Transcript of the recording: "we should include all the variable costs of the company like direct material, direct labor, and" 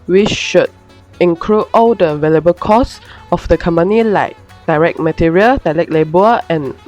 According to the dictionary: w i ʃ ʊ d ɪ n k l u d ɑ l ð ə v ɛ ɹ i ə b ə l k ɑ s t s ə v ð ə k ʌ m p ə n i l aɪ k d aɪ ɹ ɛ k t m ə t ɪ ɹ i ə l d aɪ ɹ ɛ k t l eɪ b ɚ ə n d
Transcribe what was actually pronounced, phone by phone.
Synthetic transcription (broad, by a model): w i ʃ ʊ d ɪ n k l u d ɑ l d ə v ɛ l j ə b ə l k ɑ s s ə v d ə k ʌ m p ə n i l aɪ k d aɪ ɹ ɛ k t m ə t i ɹ i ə l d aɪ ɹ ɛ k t l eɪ b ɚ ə n